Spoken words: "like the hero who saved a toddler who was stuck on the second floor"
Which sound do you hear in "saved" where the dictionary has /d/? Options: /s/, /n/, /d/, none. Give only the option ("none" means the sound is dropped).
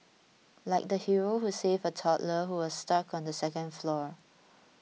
none